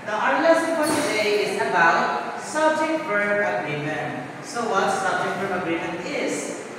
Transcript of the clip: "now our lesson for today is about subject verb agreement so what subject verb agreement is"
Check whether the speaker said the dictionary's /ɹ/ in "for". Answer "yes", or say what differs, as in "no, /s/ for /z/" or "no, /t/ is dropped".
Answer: no, /l/ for /ɹ/